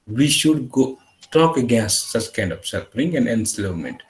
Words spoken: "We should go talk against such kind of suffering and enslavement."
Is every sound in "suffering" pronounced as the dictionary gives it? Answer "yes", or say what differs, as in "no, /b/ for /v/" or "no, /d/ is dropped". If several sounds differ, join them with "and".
no, /p/ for /f/